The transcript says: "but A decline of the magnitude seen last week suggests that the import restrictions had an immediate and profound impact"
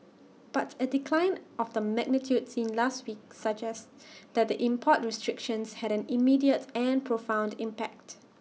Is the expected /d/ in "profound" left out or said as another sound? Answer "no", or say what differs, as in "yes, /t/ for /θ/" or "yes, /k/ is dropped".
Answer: no